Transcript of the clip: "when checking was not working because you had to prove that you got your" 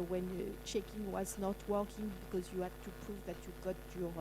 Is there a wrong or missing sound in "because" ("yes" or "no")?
no